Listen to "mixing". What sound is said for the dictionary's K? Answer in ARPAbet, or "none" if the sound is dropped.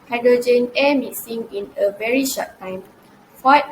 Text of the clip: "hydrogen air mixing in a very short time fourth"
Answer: none